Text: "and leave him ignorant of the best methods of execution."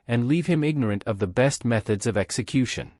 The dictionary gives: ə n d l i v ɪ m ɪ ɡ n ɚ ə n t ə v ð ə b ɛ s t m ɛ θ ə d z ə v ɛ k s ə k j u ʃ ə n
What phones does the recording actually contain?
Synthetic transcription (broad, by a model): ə n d l i v ɪ m ɪ ɡ n ɚ ə n t ə v ð ə b ɛ s t m ɛ θ ə d z ə v ɛ k s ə k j u ʃ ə n